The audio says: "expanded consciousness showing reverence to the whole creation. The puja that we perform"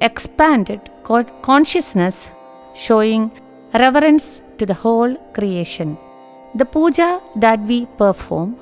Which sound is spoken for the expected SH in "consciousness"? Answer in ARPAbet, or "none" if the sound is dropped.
SH